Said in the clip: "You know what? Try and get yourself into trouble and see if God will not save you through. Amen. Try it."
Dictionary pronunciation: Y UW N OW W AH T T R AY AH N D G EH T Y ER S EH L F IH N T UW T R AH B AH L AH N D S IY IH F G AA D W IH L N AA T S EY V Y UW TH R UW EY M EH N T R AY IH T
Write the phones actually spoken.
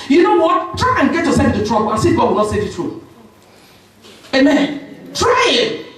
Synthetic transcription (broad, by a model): Y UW N OW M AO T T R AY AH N G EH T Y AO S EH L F IH N T UW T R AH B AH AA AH S IY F G AA D W IH L N AA T S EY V Y UW T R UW EY M EH N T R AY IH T